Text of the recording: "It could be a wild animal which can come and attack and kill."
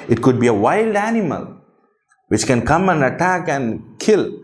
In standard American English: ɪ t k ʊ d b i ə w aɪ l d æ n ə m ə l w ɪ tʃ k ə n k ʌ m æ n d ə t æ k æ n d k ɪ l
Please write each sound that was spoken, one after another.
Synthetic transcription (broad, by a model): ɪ t k ʊ d b i ə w aɪ l d æ n ə m ə l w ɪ tʃ k ə n k ʌ m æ n d ə t æ k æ n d k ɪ l